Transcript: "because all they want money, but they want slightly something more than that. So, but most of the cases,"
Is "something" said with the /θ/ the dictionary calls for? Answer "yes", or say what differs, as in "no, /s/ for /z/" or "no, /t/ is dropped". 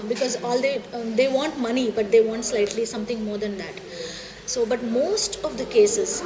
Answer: no, /t/ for /θ/